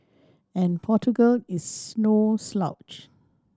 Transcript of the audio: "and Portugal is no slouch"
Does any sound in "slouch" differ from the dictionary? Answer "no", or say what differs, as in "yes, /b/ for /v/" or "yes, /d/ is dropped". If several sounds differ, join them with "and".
no